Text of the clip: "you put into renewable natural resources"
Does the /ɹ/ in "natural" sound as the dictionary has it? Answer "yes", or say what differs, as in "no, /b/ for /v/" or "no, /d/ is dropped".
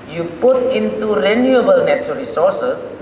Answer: no, /ɹ/ is dropped